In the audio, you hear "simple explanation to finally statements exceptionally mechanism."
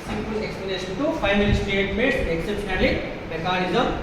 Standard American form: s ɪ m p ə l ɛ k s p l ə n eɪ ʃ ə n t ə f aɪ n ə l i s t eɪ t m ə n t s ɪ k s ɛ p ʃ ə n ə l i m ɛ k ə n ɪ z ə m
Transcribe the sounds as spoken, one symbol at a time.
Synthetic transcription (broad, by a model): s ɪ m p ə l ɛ k s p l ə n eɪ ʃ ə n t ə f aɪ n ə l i s t eɪ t m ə t ɪ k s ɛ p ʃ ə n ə l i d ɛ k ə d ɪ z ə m